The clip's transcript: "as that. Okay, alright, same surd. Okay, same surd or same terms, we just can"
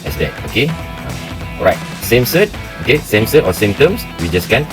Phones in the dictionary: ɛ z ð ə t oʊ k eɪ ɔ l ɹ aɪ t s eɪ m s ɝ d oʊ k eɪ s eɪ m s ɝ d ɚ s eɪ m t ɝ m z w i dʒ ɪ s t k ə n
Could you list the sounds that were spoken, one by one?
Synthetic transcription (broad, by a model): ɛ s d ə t oʊ k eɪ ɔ ɹ aɪ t s eɪ m s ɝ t oʊ k eɪ s eɪ m s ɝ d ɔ s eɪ m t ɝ m s w i dʒ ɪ s k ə n